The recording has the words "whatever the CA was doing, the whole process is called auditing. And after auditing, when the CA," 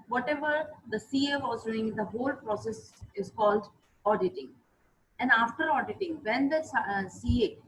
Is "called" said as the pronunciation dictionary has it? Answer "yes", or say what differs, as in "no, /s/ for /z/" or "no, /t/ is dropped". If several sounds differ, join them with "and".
yes